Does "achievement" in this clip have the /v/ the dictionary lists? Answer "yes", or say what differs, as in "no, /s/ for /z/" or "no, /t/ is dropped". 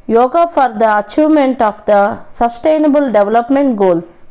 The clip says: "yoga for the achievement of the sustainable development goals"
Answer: no, /v/ is dropped